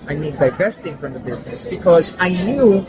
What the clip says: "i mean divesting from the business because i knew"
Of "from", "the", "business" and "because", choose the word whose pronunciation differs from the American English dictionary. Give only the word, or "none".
none